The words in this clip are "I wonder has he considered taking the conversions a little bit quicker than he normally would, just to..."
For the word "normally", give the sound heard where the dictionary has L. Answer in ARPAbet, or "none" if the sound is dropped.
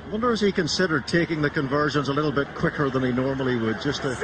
L